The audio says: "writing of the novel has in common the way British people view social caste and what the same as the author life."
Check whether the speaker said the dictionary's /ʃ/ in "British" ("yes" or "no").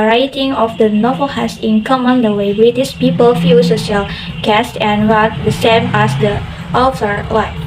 no